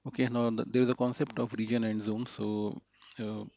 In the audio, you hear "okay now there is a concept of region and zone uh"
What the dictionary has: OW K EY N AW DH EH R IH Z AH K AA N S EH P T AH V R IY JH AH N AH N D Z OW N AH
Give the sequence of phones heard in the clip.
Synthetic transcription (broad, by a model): OW K EY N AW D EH R IH Z AH K AA N S EH P T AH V R IY JH AH N AH N D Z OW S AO